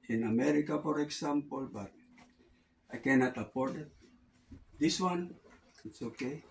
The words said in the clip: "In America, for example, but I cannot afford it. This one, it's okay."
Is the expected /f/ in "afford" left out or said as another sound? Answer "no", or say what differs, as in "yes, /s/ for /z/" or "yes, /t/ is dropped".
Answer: yes, /p/ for /f/